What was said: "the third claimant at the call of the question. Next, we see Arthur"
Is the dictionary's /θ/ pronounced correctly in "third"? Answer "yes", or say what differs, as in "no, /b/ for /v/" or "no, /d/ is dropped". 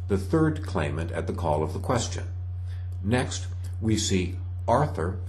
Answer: yes